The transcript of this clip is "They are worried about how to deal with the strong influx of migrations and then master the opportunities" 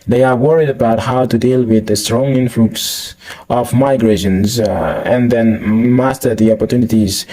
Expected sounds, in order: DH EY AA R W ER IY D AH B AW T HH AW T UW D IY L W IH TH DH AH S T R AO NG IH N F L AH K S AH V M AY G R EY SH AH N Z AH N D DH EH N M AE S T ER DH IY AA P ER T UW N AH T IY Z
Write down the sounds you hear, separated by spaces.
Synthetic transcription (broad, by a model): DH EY AA R W ER IY D AH B AW T HH AW T UW D IY L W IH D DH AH S T R AO NG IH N F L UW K S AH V M AY G R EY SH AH N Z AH N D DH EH N M AE S T ER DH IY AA P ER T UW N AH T IY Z